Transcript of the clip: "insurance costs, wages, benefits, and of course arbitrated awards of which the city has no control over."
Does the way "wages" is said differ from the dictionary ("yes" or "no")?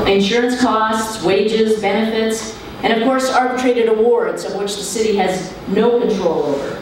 no